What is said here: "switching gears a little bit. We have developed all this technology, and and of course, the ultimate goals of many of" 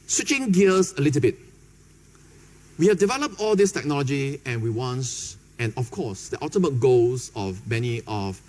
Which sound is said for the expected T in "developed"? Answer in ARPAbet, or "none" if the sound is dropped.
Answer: T